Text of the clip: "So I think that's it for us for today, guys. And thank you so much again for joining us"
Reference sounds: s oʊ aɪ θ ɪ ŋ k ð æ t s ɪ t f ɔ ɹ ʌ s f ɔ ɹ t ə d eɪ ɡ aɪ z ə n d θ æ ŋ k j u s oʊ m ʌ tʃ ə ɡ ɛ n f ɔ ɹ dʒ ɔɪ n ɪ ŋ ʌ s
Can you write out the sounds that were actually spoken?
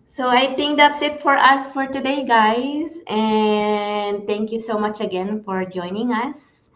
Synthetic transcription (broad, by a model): s oʊ aɪ t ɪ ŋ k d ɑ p s ɪ t f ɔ ɹ ʌ s f ɔ ɹ t ə d eɪ ɡ aɪ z ə n d t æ ŋ k j u s oʊ m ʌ tʃ ə ɡ ɛ n f ɔ ɹ dʒ ɔɪ n ɪ ŋ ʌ s